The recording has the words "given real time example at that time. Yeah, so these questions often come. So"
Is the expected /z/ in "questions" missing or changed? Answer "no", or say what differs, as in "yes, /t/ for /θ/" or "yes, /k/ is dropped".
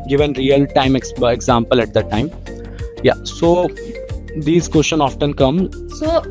yes, /z/ is dropped